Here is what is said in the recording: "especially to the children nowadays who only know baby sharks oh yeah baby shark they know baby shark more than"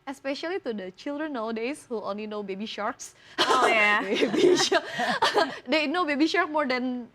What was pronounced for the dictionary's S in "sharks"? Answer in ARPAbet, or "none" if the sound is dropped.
S